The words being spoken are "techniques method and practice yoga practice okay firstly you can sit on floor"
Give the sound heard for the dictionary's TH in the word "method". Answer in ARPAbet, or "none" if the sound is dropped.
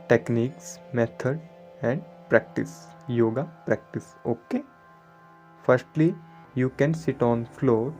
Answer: T